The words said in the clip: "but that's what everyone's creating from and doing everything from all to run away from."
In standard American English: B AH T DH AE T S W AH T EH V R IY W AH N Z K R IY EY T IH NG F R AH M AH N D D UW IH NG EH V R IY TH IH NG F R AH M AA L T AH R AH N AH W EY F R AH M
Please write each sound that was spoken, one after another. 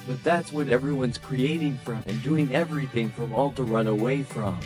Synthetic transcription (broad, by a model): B AH T DH AE T S W AH T EH V R IY W AH N Z K R IY EY T IH NG F R AH M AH N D D UW IH NG EH V R IY TH IH NG F R AH M AA L T AH R AH N AH W EY F R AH M